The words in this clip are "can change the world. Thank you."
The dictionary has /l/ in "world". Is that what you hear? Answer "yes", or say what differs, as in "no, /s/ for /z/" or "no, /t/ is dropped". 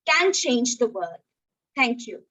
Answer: no, /l/ is dropped